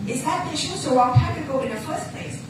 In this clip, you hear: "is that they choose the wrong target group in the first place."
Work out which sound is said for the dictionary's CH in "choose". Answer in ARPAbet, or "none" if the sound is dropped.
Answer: SH